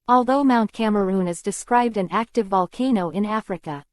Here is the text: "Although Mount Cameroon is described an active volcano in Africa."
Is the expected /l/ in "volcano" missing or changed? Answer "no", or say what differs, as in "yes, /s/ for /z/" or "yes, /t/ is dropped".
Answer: no